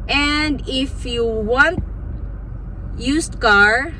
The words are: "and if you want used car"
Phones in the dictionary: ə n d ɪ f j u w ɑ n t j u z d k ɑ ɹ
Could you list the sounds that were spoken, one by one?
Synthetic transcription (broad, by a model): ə n d ɪ f j u w ɑ n t j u s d k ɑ ɹ